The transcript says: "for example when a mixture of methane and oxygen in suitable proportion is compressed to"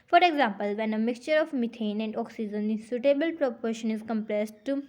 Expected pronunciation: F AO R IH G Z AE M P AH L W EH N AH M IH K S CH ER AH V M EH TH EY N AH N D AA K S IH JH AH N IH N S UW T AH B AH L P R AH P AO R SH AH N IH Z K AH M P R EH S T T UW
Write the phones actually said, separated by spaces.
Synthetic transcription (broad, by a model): F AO R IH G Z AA M P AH L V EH N AH M IH K S CH ER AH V M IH T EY N AH N D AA K S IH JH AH N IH S UW T AH B AH L P R AH P AO R SH AH N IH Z K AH M P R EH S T T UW